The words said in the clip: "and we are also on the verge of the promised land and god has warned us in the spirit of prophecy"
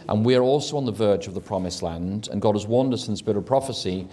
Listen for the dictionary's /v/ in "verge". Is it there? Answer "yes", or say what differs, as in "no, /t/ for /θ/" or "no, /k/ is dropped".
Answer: yes